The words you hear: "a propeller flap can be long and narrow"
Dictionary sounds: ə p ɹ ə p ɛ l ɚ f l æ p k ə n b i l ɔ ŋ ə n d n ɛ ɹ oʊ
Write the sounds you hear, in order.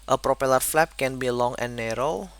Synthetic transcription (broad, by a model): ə p ɹ ə p ɛ l ɚ f l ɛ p k ə n b i l ɔ ŋ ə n n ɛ ɹ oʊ